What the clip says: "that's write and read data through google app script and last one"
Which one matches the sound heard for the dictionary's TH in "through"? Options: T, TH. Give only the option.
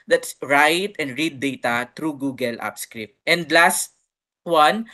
T